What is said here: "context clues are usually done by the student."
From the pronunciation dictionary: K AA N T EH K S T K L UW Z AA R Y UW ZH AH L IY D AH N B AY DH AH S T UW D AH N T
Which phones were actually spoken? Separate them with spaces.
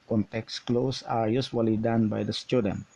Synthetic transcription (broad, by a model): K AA N T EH K S K L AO S AA R Y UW S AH L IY D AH N B AY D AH S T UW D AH N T